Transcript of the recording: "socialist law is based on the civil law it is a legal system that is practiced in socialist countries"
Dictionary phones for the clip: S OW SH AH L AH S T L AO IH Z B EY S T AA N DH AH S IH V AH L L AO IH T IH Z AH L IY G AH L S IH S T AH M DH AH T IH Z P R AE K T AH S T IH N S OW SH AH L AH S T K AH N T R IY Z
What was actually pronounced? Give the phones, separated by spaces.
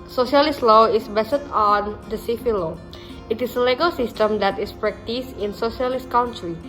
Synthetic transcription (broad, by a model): S OW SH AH L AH S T L AO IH S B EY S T AA N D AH S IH F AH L L AO IH T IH S AH L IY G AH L S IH S T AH M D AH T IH S P R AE K T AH S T IH N S OW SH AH L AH S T K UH N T R IY